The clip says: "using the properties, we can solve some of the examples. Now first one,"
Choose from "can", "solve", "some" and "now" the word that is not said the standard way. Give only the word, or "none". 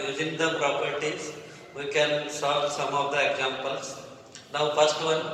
solve